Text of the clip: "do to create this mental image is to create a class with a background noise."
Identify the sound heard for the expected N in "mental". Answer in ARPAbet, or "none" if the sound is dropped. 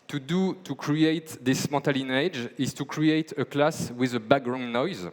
none